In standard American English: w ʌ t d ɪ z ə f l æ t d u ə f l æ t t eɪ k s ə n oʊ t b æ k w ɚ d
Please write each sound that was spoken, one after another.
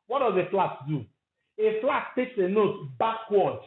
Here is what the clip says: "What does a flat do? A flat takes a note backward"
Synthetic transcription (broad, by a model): w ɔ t d ɪ z ə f l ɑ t d u ə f l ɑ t t eɪ k s ə n oʊ t b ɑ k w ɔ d